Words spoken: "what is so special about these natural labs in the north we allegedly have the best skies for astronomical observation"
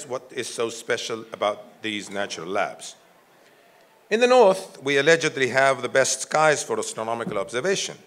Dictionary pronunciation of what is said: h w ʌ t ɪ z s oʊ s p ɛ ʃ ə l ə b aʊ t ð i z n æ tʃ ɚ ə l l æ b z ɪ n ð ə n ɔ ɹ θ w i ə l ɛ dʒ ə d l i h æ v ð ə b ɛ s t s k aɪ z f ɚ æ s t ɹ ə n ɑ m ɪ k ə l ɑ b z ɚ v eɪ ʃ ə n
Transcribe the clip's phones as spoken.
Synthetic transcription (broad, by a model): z w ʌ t ɪ z s oʊ s p ɛ ʃ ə l ə b aʊ t ð i z n æ tʃ ɚ ə l l æ b z ɪ n ð ə n ɔ ɹ θ w i ə l ɛ dʒ ə d l i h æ v ð ə b ɛ s t s k aɪ z f ɚ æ s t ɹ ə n ɑ m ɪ k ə l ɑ b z ɚ v eɪ ʃ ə n